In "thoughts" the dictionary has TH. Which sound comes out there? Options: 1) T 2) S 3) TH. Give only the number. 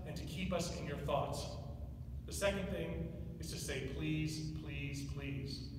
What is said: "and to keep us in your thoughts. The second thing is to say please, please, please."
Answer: 3